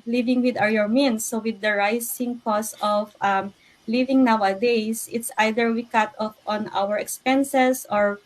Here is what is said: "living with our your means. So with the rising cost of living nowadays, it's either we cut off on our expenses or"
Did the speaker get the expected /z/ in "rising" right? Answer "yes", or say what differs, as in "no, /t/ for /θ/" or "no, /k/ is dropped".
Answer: no, /s/ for /z/